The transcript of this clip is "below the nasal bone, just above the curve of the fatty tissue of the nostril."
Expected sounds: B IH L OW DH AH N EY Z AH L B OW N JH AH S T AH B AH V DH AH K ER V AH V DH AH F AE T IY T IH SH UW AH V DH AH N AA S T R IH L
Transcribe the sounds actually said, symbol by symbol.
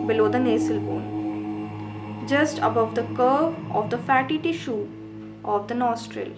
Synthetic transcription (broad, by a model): B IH L OW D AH N EY S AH L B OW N JH AH S T AH B AH V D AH K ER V AH V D AH F AE T IY T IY SH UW AH V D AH N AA S T R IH L